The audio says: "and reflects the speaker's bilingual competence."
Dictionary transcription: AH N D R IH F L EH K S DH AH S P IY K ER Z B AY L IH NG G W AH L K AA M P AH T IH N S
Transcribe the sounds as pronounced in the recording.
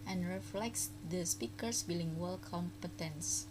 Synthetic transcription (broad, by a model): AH N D R IH F L EH K S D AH S P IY K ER S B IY L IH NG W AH L K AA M P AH T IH N S